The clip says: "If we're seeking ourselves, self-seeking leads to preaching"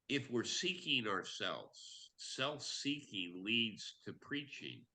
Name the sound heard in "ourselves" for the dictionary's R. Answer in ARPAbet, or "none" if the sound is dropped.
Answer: R